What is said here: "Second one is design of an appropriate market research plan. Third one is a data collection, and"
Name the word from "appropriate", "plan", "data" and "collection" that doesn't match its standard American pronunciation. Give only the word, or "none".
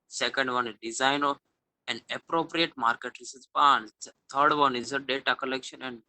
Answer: plan